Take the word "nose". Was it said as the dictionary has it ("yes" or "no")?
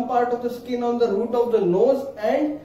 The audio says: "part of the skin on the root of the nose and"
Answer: no